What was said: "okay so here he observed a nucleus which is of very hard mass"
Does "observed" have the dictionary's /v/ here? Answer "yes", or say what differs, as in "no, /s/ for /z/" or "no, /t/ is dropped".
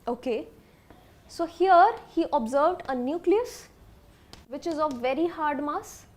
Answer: yes